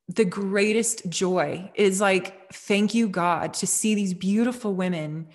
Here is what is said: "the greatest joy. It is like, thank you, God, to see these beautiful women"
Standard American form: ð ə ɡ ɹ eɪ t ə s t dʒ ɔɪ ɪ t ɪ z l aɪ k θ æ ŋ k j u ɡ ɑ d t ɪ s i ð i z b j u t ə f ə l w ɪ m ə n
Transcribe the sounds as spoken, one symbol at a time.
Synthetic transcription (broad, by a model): ð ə ɡ ɹ eɪ t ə s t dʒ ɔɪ ɪ t ɪ z l aɪ k θ æ ŋ k j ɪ ɡ ɑ d t ɪ s i ð i z b j u t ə f l w ɪ m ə n